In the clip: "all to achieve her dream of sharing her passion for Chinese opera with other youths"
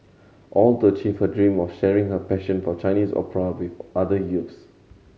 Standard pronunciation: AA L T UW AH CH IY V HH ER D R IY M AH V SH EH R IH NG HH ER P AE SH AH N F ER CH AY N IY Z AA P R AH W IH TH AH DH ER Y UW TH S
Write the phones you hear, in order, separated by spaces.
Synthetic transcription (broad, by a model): AA L T UW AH CH IY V HH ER D R IY M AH F SH EH R IH NG HH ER P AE SH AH N F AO CH AY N IY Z AA P R AH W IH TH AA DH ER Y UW T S